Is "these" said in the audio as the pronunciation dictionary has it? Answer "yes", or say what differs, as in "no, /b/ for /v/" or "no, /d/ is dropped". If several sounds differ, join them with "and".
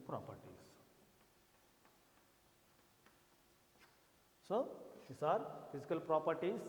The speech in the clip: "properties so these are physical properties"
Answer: no, /s/ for /z/